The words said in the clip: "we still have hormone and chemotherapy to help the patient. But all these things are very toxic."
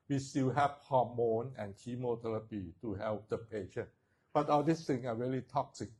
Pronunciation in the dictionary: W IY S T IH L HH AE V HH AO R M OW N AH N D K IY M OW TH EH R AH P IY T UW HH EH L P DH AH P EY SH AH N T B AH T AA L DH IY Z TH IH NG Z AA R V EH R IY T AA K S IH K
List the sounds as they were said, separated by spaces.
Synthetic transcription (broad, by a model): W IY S T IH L HH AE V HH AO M OW N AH N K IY M OW T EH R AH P IY T UW HH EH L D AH P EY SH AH N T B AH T AA L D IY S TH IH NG S AA R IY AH L IY T AA K S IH K